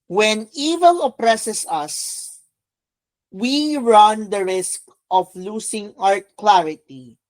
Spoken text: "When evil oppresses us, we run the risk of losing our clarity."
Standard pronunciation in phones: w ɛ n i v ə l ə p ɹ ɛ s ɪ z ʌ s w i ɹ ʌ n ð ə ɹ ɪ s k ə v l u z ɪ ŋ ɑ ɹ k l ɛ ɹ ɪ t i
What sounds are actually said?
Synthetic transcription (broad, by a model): w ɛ n i v ə l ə p ɹ ɛ s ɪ s ʌ s w i ɹ ʌ n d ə ɹ ɪ s k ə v l u s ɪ ŋ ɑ ɹ k l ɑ ɹ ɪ t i